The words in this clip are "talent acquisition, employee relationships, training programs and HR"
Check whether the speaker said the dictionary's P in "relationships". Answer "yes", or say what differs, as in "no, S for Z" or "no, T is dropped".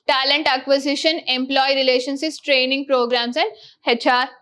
no, P is dropped